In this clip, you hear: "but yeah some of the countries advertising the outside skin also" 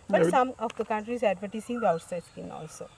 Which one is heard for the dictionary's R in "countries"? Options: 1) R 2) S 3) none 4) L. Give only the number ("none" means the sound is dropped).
1